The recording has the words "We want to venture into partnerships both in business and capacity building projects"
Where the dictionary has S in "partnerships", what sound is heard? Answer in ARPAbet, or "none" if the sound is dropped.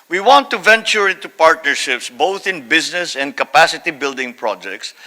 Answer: S